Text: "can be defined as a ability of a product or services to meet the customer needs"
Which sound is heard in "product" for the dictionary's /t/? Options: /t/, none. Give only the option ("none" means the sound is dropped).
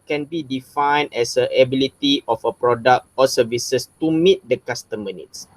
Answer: /t/